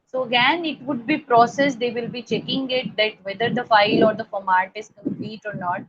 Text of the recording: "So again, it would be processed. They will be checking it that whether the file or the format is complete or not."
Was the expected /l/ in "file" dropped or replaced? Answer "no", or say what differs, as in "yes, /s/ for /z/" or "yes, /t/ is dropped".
no